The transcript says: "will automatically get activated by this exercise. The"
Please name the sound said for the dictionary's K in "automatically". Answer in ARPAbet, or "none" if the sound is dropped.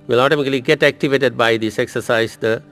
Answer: none